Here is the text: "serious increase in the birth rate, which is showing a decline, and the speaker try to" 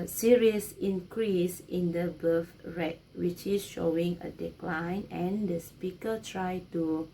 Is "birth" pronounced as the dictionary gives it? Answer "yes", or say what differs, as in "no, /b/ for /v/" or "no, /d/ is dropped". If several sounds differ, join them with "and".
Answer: no, /f/ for /θ/